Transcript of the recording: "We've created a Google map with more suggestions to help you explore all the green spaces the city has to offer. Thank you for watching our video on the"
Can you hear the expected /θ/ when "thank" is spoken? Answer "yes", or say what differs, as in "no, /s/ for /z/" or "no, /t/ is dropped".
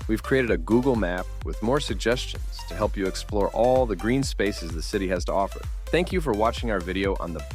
yes